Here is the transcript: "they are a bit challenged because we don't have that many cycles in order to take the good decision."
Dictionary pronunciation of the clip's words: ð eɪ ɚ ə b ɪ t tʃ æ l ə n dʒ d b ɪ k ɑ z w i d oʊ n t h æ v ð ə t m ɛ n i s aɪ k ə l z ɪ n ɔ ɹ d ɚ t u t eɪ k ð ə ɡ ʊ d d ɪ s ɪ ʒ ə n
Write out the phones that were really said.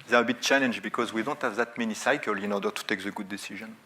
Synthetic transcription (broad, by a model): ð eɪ ɚ ə b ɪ t tʃ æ l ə n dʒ b ɪ k ɑ z w i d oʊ n t h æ v ð ə t m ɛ n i s aɪ k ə l ɪ n ɔ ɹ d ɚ t u t eɪ k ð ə ɡ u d d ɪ s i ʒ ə n